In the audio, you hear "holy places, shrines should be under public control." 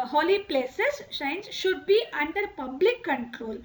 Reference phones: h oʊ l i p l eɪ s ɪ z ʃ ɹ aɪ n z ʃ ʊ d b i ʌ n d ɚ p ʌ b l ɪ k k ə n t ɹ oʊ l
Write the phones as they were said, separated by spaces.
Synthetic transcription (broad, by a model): h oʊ l i p l eɪ s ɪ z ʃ aɪ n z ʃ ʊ d b i ʌ n d ɚ p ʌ b l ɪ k k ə n t ɹ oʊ l